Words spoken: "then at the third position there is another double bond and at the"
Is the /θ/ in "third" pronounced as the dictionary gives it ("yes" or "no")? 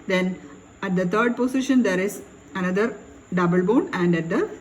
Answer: no